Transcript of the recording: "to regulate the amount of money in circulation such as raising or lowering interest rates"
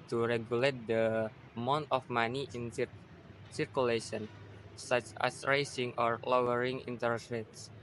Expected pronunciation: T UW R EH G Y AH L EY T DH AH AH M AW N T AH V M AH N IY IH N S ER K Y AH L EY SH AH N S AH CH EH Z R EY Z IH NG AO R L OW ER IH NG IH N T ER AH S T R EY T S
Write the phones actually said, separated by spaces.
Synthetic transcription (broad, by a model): T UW R EH G Y AH L EY T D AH AH M AW N T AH F M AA N IY IH N S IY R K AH L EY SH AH N S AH CH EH S R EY S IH NG AO R L OW ER IH NG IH N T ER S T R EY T S